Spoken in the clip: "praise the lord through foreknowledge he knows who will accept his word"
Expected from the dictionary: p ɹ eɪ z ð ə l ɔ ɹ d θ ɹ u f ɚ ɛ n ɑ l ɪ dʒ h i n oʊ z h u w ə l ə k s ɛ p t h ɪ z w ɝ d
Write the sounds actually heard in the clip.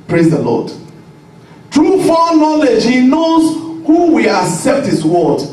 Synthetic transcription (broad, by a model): p ɹ eɪ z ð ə l ɔ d t ɹ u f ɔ n ɑ l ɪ dʒ h i n oʊ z h u w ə ə k s ɛ p t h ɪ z w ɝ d